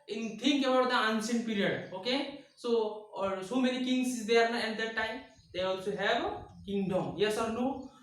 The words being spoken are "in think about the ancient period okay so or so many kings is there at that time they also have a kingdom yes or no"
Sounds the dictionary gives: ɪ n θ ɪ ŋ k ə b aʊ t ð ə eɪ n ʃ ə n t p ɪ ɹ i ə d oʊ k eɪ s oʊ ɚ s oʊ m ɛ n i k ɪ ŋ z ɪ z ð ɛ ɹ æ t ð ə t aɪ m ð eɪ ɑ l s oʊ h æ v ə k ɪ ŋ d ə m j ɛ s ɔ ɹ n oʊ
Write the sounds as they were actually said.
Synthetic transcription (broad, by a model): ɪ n t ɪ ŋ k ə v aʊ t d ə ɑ n s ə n p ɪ ɹ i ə d oʊ k eɪ s oʊ s oʊ m ɛ n i k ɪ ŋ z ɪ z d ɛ ɹ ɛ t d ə t aɪ m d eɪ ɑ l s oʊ h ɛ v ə k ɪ ŋ d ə m j ɛ s ɔ ɹ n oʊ